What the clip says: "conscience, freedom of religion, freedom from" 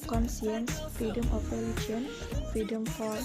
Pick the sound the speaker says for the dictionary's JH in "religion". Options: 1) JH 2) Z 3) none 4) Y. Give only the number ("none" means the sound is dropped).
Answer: 3